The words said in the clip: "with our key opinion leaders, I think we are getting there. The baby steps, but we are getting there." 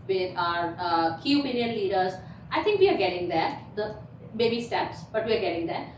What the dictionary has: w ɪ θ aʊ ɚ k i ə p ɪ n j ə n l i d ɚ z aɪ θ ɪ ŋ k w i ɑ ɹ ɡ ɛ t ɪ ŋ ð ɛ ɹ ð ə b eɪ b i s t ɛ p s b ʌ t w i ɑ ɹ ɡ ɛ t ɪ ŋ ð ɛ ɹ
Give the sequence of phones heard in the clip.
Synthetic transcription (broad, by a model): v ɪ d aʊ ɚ k i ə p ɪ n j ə n l i d ɚ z aɪ t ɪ ŋ k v i ɑ ɹ ɡ ɛ t ɪ ŋ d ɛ ɹ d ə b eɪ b i s t ɛ p s b ʌ t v i ɑ ɹ ɡ ɛ t ɪ ŋ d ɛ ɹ